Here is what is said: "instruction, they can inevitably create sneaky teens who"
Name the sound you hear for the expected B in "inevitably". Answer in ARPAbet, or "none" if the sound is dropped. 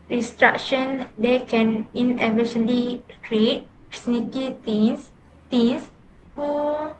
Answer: none